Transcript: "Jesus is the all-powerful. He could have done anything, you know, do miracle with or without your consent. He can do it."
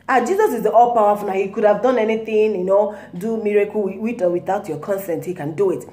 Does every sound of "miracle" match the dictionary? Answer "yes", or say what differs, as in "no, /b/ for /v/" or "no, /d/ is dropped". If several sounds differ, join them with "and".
no, /w/ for /l/